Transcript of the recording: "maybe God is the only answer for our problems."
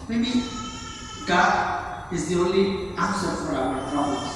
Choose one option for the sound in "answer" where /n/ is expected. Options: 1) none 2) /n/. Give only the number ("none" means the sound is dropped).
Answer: 1